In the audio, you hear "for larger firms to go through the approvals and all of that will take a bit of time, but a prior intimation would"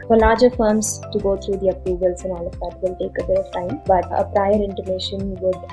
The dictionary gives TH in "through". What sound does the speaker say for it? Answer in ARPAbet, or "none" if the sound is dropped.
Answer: T